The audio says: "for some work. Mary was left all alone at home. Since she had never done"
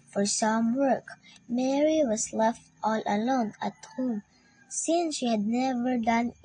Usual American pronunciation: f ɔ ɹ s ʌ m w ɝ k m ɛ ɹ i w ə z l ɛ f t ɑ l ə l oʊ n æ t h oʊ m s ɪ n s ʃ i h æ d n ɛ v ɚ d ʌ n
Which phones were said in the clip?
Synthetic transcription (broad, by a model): f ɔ ɹ s ʌ m w ɝ k m ɛ ɹ i w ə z l ɛ f t ɑ l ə l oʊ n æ t h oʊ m s ɪ n s ʃ i h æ d n ɛ v ɚ d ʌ n